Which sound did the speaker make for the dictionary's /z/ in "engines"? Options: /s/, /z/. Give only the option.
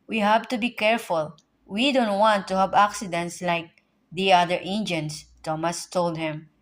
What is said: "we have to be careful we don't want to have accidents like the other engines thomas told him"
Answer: /s/